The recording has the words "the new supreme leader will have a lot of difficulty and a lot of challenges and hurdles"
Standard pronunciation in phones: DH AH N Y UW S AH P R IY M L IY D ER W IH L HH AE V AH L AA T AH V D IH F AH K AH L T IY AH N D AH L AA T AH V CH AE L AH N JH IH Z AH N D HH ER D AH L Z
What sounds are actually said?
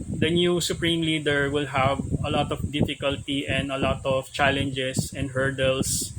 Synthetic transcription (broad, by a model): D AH N Y UW S AH P R IY M L IY D ER W IH L HH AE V AH L AA T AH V D IH F AH K AH L T IY AH N D AH L AA T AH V CH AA L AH N JH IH S AH N D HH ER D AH L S